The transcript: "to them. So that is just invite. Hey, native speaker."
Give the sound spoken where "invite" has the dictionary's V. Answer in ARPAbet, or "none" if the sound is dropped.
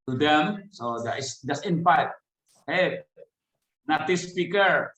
P